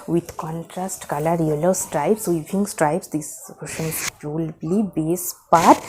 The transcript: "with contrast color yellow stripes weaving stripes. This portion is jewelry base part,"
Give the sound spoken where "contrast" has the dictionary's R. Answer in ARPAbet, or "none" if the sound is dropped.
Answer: R